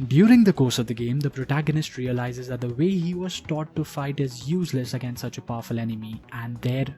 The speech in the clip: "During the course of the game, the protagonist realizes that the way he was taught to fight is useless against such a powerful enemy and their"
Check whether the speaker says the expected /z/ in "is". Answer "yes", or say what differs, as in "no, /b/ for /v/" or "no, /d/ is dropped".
yes